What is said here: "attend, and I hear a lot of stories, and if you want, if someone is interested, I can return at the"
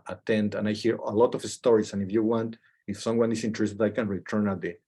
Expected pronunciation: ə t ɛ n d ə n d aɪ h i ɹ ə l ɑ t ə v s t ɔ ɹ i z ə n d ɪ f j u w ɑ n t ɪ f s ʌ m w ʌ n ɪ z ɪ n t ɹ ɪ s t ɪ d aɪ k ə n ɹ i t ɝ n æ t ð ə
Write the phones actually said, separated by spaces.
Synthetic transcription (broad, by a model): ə t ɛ n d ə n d aɪ h i ɹ ə l ɑ t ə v s t ɔ ɹ i s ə n ɪ f j u w ɑ n t ɪ f s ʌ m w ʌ n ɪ s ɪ n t ɹ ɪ s t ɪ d aɪ k ə n ɹ i t ɝ n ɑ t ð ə